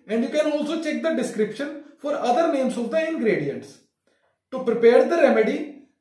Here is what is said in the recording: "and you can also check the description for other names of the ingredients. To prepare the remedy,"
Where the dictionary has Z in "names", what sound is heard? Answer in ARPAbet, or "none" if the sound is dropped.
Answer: S